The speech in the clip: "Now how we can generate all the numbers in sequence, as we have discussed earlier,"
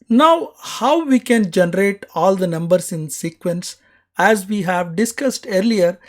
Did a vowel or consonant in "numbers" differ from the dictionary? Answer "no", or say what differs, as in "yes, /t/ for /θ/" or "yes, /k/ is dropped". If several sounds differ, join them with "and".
yes, /s/ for /z/